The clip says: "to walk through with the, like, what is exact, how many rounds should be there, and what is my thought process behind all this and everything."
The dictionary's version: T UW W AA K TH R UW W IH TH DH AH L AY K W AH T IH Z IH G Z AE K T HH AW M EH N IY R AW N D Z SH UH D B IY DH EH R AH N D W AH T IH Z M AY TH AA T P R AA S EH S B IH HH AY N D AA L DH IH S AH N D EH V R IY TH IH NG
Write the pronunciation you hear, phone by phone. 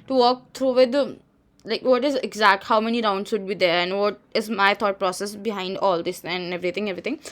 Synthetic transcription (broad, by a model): T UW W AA K T R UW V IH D L AY K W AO T IH Z IH G Z AE K T HH AW M EH N IY R AW N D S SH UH D B IY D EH R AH N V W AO T IH Z M AY T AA T P R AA S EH S B IH HH AY N D AA L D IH S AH N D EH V R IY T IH NG